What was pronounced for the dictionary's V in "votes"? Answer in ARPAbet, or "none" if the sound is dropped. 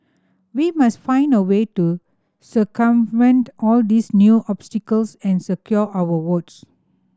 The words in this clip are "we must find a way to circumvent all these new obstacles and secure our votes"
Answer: W